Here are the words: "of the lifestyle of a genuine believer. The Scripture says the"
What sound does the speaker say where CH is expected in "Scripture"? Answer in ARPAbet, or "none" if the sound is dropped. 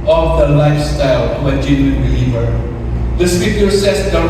none